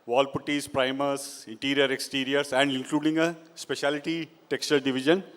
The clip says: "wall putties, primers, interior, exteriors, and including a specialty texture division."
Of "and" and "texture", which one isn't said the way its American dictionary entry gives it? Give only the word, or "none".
none